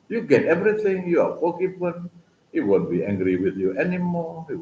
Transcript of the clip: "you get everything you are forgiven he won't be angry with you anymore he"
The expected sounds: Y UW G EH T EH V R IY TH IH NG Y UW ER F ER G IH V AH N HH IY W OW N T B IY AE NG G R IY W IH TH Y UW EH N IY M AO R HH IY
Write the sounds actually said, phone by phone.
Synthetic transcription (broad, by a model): Y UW G EH T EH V R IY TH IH NG Y UW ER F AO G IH B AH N HH IY W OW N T B IY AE NG G R IY W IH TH Y UW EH N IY M AO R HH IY